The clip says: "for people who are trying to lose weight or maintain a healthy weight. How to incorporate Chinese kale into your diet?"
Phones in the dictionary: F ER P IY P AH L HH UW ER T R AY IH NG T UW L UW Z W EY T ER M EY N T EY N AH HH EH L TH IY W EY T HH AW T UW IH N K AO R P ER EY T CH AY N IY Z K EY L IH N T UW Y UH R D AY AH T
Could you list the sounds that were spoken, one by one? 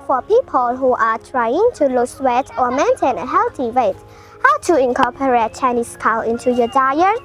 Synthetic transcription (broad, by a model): F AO P IY P AH L HH UW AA T R AY IH NG T UW L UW S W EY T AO M EY N T EY N AH HH EH L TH IY W EY T HH AW T UW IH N K AO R P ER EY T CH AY N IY S K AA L IH N T UW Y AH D AY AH